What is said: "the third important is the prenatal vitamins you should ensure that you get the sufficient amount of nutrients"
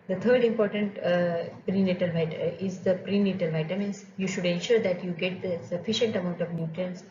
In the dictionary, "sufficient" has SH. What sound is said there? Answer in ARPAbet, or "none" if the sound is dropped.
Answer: SH